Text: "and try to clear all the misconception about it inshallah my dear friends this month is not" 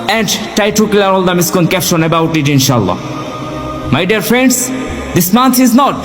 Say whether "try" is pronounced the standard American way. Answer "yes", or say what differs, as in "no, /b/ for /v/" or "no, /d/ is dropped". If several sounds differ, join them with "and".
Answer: no, /ɹ/ is dropped